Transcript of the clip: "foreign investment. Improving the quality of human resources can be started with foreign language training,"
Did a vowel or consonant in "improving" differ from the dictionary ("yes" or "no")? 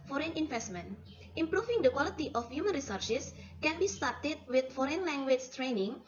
yes